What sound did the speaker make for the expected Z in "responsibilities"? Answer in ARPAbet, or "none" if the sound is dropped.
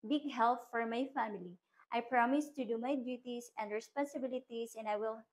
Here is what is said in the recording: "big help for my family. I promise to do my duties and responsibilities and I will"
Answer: S